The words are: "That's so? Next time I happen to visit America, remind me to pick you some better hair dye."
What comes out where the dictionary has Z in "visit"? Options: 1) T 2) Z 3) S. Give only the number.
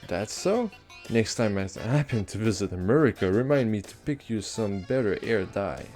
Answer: 2